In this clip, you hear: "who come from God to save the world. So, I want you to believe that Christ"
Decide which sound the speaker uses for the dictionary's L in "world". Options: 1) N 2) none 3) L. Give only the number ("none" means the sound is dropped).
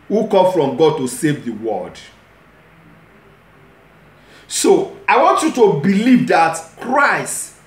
2